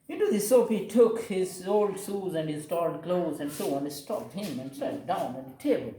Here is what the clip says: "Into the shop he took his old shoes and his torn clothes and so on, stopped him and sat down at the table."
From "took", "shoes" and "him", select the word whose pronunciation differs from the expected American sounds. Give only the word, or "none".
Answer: shoes